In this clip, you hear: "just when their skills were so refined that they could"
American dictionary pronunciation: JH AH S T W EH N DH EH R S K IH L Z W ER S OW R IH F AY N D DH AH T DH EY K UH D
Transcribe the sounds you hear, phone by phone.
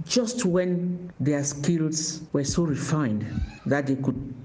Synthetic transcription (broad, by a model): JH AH S T W EH N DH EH S K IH L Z W ER S OW R IH F AY N D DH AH T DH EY K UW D